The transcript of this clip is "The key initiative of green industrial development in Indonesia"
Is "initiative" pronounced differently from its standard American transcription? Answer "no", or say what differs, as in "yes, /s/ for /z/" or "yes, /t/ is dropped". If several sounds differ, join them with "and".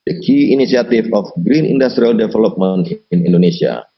yes, /s/ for /ʃ/ and /f/ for /v/